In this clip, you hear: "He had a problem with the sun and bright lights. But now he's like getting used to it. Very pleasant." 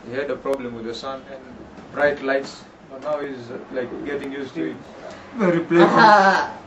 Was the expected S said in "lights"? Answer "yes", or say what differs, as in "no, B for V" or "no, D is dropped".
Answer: yes